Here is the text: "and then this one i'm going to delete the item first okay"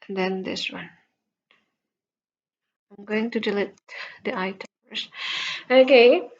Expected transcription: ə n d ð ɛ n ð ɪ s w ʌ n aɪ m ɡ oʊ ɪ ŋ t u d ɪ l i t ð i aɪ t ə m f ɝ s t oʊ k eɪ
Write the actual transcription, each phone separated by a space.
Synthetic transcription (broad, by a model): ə n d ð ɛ n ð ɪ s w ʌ n aɪ m ɡ oʊ ɪ ŋ t u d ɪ l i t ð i aɪ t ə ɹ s oʊ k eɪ